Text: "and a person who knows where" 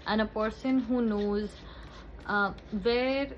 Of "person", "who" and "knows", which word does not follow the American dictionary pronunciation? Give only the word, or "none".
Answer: none